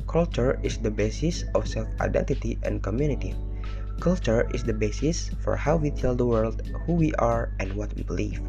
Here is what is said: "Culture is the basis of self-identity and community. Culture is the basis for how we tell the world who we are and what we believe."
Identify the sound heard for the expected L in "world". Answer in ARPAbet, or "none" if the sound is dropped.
L